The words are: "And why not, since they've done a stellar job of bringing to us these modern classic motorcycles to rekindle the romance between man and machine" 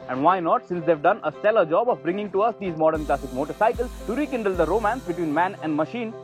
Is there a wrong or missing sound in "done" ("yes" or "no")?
no